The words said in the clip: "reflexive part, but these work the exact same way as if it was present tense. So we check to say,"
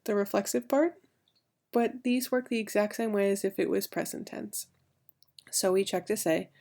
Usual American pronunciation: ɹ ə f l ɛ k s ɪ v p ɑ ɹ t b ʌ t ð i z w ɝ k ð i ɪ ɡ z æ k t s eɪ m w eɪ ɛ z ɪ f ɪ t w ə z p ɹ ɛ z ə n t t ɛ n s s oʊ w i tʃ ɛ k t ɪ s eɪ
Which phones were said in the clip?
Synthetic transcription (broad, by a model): ɹ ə f l ɛ k s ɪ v p ɑ ɹ t b ʌ t ð i z w ɝ k ð i ɪ ɡ z æ k t s eɪ m w eɪ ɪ z ɪ f ɪ t w ə z p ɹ ɛ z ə n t t ɛ n s s oʊ w i tʃ ɛ k t ɪ s eɪ